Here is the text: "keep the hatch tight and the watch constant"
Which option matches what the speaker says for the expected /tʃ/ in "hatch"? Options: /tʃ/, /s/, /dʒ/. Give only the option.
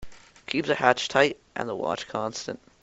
/tʃ/